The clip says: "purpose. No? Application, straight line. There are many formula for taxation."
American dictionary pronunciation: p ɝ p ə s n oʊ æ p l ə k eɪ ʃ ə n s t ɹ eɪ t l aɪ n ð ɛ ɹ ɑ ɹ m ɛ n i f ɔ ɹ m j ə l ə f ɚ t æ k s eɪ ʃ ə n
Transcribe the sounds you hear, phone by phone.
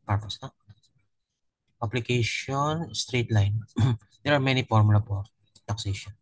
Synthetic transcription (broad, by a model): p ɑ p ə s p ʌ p l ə k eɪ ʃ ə n s t ɹ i t l aɪ n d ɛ ɹ ɑ ɹ m ɛ n i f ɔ ɹ m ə l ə p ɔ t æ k s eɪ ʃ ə n